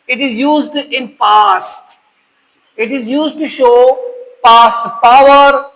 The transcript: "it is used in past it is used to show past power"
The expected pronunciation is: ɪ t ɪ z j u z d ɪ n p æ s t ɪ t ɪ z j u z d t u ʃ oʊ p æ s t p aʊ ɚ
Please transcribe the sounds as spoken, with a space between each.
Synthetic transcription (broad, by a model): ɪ t ɪ z j u z d ɪ n p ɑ s t ɪ t ɪ z j u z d t u ʃ oʊ p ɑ s t p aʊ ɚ